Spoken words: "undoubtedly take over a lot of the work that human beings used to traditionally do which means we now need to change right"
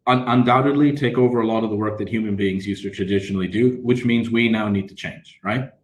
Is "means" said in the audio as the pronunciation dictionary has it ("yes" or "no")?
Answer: yes